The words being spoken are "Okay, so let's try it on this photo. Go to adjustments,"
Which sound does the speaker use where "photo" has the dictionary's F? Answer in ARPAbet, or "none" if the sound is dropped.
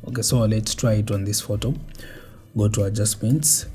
F